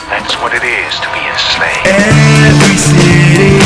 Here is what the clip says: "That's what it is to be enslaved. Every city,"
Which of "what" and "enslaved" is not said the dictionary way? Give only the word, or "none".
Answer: enslaved